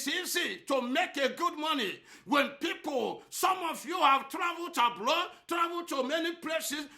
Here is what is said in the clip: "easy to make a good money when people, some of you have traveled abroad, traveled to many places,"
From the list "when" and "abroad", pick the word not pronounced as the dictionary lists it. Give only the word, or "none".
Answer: abroad